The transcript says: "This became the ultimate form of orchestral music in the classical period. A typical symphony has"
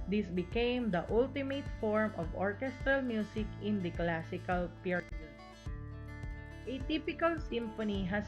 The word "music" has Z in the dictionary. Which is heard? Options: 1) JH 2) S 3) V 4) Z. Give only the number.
2